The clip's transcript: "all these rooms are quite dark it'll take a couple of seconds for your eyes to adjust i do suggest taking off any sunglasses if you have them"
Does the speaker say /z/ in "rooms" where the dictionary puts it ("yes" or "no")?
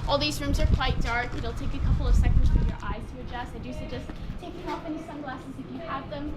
yes